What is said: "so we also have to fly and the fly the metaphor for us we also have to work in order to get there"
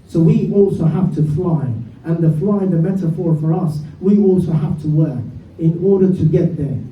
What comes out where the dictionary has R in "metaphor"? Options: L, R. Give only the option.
R